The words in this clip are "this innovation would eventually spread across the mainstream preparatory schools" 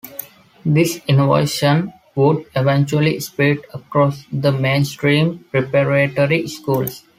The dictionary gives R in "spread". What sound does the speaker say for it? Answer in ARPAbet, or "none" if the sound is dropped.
none